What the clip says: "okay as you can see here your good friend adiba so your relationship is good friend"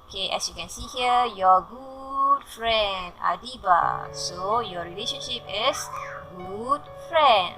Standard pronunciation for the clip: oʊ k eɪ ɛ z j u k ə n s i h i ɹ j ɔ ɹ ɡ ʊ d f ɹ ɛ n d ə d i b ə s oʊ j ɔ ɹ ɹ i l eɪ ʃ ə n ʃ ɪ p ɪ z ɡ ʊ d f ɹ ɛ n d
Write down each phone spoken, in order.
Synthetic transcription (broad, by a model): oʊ k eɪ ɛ s j u k ə n s i h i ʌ j ɔ ɡ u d f ɹ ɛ n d ə d i b ə s oʊ j ɔ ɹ ɹ i l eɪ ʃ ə n ʃ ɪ p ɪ s ɡ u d f ɹ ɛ n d